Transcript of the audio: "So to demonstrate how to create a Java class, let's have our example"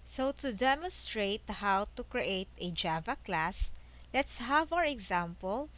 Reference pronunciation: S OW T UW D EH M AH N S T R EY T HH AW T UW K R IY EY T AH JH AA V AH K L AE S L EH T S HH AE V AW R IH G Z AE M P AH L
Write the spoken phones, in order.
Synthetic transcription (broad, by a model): S OW T UW D EH M AH N S T R EY T HH AW T UW K R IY EY T AH JH AA V AH K L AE S L EH T S HH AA V AW R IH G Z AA M P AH L